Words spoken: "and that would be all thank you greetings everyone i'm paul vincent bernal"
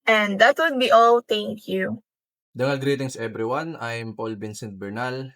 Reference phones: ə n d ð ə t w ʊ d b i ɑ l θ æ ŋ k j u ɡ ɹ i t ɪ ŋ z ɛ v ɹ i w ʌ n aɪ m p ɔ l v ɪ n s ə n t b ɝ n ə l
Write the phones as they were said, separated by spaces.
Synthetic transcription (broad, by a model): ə n d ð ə t w ʊ d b i ɑ l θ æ ŋ k j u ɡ ɹ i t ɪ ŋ s ɛ b ɹ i w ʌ n aɪ m p ɔ l b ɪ n s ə n t b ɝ n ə l